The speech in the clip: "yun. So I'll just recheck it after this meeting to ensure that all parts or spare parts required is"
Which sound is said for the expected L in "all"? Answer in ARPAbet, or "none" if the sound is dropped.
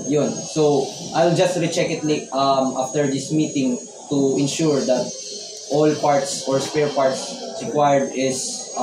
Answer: L